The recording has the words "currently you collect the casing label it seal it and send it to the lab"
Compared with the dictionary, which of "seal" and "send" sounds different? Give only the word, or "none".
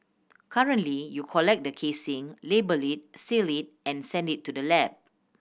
none